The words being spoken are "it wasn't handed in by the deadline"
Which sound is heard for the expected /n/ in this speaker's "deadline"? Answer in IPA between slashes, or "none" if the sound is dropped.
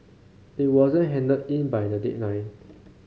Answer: none